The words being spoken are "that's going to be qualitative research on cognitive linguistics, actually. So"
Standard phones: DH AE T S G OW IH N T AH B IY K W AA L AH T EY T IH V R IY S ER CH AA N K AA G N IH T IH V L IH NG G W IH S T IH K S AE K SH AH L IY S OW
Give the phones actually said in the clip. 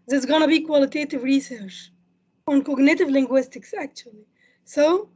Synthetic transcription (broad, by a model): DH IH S G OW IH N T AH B IY K W AA L AH T EY T IH V R IY S ER CH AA N K AA G N IH T IH V L IH NG G W IH S T IH K S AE K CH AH L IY S OW